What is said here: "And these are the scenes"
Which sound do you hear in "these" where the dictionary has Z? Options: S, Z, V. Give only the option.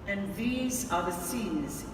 Z